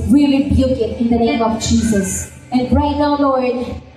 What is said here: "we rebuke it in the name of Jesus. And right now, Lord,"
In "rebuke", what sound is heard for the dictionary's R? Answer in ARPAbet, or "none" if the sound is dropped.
L